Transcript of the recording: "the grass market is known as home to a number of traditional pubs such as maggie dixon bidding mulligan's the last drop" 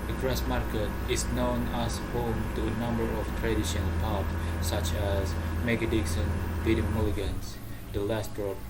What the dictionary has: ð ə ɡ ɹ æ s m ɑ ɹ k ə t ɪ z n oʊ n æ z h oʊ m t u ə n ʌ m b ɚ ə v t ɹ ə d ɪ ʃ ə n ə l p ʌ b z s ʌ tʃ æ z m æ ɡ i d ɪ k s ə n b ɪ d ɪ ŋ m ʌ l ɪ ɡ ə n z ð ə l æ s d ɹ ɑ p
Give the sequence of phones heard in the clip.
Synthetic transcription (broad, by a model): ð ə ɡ ɹ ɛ s m ɑ ɹ k ə t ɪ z n oʊ n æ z h oʊ m t u ə n ʌ m b ɚ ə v t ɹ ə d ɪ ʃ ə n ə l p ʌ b s ʌ tʃ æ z m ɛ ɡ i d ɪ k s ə n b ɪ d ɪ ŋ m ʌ l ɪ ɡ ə n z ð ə l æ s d ɹ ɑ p